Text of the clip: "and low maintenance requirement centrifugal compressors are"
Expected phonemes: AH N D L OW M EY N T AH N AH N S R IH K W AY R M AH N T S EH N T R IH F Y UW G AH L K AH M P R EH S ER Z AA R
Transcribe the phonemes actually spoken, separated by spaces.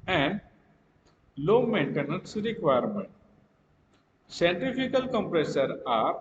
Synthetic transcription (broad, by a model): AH N D L OW M EY N T AH N AH N S R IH K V AY R M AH N T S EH N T IH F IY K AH L K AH M P R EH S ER AA R